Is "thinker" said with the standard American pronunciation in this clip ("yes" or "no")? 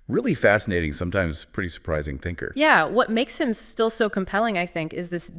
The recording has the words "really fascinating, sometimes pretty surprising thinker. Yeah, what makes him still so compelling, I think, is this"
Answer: yes